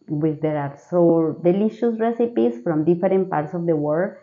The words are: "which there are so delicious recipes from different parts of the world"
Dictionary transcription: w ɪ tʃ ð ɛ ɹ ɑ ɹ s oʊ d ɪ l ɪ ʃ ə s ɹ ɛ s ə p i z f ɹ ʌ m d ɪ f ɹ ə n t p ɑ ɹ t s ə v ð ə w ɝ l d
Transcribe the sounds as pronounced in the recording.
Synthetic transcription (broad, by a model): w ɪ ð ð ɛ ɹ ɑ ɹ s oʊ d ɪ l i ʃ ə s ɹ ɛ s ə p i s f ɹ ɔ m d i f ɹ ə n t p ɑ ɹ t s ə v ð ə w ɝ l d